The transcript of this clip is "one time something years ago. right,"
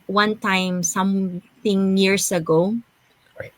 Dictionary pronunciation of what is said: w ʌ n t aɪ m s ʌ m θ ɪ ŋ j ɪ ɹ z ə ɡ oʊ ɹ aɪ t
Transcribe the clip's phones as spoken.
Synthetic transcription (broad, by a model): w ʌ n t aɪ m s ʌ m θ ɪ ŋ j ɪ ɹ s ə ɡ oʊ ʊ